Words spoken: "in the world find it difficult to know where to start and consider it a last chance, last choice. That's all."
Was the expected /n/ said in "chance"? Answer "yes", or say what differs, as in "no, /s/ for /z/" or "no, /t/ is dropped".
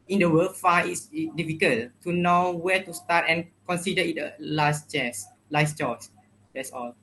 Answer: no, /n/ is dropped